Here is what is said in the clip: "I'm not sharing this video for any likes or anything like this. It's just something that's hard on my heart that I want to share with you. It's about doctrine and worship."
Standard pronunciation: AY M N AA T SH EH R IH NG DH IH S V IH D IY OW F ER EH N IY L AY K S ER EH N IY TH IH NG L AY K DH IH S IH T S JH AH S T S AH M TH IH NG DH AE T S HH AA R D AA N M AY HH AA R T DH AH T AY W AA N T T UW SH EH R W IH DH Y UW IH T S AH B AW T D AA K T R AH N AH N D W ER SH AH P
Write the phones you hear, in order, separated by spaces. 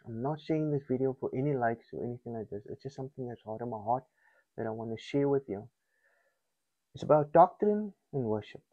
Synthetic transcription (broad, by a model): AY M N AA T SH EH IH NG DH IH S V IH D IY OW F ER EH N IY L AY K S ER EH N IY TH IH NG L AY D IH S IH T S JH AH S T S AH M TH IH NG DH AE T S HH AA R D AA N M AY HH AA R T DH AH T AY W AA N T T UW SH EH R W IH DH Y UW IH T S AH B AW T D AA K T R AH N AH N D W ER SH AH P